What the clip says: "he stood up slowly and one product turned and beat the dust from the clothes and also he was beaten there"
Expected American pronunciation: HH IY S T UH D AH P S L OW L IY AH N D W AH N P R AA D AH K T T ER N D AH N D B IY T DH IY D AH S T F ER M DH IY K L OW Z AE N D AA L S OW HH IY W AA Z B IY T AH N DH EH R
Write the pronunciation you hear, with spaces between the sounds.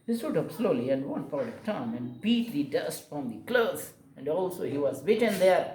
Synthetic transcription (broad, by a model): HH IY S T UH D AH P S L OW L IY AH N D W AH N P AA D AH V T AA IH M AH N D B IY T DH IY D AH S T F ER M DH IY K L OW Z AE N D AA L S OW HH IY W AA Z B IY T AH N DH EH R